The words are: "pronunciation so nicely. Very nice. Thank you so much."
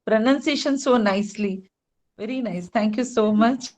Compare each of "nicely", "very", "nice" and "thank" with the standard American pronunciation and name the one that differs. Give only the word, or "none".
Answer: thank